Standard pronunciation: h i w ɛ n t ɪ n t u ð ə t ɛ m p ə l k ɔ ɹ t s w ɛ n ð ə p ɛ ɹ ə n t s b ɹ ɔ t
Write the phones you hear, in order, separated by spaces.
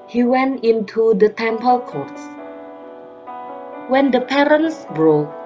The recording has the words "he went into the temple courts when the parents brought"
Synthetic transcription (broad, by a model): h i w ɛ n t ɪ n t u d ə t ɛ m p ə l k ɔ ɹ t s w ɛ n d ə p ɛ ɹ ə n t s b ɹ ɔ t